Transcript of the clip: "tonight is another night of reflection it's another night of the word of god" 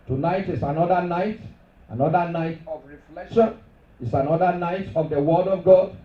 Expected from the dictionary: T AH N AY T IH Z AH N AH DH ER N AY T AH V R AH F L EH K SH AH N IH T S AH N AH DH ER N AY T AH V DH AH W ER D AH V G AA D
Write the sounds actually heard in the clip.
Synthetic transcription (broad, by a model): T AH N AY T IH S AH N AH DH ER N AY T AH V R AH F L EH K SH AH N IH T S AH N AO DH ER N AY T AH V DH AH W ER D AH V G AA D